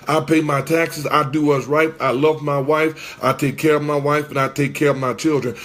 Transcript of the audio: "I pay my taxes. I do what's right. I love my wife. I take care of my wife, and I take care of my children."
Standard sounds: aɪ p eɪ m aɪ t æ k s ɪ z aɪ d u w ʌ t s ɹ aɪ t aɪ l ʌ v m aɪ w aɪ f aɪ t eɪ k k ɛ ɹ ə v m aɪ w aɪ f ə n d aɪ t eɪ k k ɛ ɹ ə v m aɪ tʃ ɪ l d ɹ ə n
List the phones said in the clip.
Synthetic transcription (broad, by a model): aɪ p eɪ m aɪ t æ k s ɪ z aɪ d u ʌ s ɹ aɪ t aɪ l ʌ v m aɪ w aɪ f aɪ t eɪ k k ɛ ɹ ə v m aɪ w aɪ f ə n aɪ t eɪ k k ɛ ɹ ə v m aɪ tʃ ɪ l d ɹ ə n